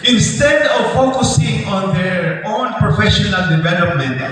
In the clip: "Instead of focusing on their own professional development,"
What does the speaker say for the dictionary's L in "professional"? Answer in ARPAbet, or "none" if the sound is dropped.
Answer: L